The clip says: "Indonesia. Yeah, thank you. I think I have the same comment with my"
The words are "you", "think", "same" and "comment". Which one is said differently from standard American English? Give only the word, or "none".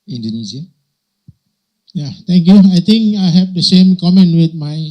think